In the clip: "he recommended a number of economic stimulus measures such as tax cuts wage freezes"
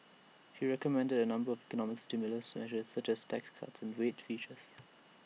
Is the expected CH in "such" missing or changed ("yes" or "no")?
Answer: no